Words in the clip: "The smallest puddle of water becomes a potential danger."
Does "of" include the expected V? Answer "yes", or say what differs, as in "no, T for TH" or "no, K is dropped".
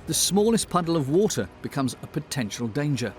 yes